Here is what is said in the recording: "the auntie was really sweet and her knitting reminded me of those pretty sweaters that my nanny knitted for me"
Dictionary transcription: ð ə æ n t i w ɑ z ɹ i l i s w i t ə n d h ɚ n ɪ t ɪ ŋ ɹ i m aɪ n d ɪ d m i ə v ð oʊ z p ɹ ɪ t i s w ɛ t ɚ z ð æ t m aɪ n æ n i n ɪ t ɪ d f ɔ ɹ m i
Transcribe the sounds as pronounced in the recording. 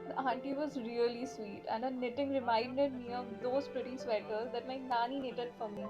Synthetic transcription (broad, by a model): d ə n t i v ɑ z ɹ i l i s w i t ə n d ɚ n ɪ t ɪ ŋ ɹ i m aɪ n d ɪ d m i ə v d oʊ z p ɹ ɪ t i s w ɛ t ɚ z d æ t m aɪ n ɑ n i n ɪ t ɪ d f ɔ ɹ m i